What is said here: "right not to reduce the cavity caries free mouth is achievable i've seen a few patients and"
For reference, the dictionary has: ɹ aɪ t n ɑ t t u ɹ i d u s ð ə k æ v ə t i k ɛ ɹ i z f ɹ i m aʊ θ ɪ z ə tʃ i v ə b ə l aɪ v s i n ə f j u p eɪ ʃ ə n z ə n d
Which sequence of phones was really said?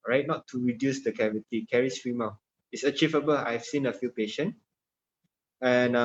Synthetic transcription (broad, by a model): ɹ aɪ t n ɑ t t u ɹ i d u s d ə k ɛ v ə t i k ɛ ɹ i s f ɹ i m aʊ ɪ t ə tʃ i v ə b ə l aɪ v s i n ə f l p eɪ ʃ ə n ə n